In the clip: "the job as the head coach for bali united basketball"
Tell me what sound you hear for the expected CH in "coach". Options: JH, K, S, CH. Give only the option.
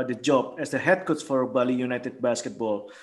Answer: S